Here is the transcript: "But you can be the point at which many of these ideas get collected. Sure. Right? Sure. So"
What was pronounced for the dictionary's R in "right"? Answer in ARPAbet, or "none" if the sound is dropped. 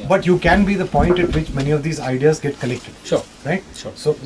R